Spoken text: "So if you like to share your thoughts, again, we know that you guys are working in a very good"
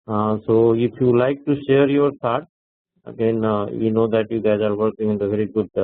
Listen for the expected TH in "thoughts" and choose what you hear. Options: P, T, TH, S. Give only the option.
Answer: T